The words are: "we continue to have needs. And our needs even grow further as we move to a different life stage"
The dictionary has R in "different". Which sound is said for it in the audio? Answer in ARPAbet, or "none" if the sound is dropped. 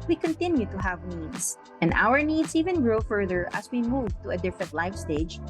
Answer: none